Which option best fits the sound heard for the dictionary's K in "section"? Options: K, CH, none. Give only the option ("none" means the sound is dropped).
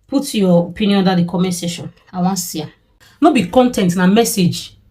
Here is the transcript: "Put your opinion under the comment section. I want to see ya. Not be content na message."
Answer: none